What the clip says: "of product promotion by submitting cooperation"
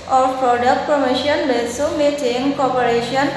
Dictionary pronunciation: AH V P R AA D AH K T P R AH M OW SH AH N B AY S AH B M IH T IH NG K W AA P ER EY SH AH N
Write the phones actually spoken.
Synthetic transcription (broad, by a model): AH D P R AA D AH K T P R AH M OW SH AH N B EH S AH M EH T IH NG K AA P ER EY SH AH N